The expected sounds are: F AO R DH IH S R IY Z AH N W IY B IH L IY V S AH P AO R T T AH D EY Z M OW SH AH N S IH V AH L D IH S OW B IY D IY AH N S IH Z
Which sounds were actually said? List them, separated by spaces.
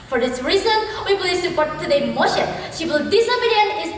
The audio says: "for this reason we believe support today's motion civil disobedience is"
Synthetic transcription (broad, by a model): F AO R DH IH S R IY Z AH N W IY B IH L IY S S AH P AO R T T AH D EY M OW SH AH N SH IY W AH L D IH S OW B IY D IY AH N IH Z